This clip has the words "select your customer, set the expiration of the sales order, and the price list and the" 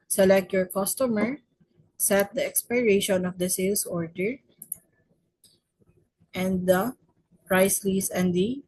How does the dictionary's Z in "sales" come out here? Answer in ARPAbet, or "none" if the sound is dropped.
S